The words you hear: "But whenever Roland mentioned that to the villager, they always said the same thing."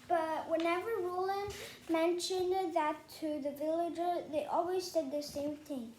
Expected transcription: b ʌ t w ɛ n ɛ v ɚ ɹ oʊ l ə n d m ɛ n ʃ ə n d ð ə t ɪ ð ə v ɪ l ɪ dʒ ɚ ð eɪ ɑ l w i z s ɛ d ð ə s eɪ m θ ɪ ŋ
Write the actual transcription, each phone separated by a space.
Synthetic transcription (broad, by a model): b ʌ t w ɛ n ɛ v ɚ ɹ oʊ l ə n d m ɛ n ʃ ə n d ð ə t ɪ ð ə v ɪ l ɪ dʒ ɚ ð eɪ ɑ l w i z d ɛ d ð ə s eɪ m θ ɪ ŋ